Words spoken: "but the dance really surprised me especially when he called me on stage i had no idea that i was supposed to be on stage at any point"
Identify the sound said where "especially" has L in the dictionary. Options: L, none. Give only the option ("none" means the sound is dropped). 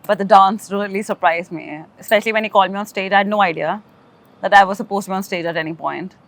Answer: L